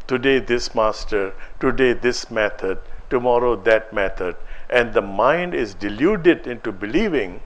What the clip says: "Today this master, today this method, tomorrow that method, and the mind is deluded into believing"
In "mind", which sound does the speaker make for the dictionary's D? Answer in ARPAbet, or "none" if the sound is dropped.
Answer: D